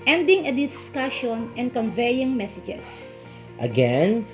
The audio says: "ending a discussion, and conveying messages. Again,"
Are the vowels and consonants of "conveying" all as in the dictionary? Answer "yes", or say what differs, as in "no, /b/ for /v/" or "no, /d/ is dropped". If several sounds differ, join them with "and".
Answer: yes